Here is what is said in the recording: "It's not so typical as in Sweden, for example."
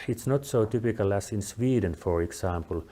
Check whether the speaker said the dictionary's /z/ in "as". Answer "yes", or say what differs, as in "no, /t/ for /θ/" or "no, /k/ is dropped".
no, /s/ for /z/